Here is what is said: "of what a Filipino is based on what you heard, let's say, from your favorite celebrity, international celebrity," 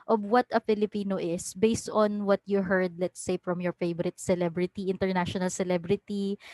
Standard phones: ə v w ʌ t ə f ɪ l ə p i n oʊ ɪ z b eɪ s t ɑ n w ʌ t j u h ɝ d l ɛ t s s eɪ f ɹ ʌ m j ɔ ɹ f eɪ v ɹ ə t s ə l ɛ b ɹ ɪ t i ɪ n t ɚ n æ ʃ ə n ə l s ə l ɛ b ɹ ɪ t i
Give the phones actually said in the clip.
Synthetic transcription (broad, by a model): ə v w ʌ t ə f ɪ l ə p i n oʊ ɪ s b eɪ s t ɑ n w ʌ t j u h ɝ d l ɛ t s s eɪ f ɹ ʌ m j ɔ ɹ f eɪ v ɹ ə t s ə l ɛ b ɹ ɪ t i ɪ n t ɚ n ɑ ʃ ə n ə l s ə l ɛ b ɹ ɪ t i